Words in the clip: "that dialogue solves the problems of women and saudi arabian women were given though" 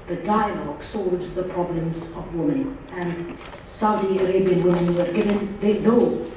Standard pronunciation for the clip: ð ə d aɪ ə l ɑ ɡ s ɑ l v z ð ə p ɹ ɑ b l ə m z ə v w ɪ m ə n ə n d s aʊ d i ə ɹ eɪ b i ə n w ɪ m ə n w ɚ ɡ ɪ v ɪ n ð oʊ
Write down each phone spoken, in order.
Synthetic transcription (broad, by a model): ð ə d aɪ ə l ɑ ɡ s ɑ l v z ð ə p ɹ ɑ b l ə m z ə v w ɪ m ə n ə n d s aʊ d i ə ɹ eɪ b i ə n w ɪ m ə n w ɚ ɡ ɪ v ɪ n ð oʊ